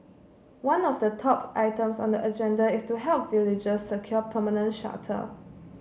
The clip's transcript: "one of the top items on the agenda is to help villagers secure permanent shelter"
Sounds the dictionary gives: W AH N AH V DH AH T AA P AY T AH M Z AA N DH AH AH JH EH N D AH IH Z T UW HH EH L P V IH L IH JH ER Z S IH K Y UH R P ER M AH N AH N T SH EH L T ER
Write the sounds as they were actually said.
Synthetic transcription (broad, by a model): W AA N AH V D AH T AA P AY T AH M S AA N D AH AH JH EH N D AH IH S T UW HH EH L P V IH L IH JH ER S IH K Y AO P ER M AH N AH N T SH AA T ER